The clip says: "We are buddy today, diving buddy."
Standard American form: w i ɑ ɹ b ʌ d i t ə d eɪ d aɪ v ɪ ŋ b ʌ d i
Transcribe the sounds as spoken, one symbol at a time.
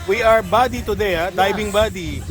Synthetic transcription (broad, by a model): w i ɑ ɹ b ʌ d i t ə d eɪ d aɪ b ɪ ŋ b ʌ d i